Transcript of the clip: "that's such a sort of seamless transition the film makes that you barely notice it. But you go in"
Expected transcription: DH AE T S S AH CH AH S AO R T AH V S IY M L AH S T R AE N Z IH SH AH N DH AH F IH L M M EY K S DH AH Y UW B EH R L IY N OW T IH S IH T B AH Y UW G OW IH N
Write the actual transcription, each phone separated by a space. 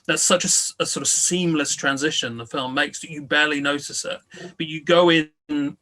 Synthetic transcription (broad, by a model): DH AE T S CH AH S AH S AO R T AH V S IY M L AH S T R AE N Z IH SH AH N DH AH F IH L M M EY K S DH AH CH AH B EH L IY N OW T IH S IH T B AH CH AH G OW IH N